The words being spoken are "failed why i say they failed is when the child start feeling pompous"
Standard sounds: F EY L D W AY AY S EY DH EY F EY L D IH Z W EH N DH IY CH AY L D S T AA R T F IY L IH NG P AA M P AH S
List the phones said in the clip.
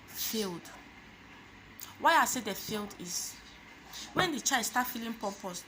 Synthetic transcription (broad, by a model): F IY L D W AY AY S EY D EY F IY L D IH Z W EH N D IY CH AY D S T AA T F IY L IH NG P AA P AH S